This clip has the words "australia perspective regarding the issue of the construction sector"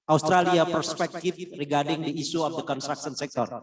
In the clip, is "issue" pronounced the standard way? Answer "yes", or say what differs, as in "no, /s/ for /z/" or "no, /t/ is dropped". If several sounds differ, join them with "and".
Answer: no, /s/ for /ʃ/